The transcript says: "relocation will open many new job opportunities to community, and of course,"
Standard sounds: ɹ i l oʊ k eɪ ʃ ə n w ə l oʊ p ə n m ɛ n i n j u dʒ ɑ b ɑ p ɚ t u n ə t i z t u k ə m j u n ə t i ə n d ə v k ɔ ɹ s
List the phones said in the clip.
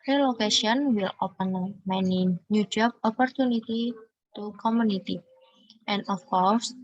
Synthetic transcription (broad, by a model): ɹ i l oʊ k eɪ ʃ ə n w ə l oʊ p ə n m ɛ n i n j u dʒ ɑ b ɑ p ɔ t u n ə t i t u k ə m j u n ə t i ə n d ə f k ɔ ɹ s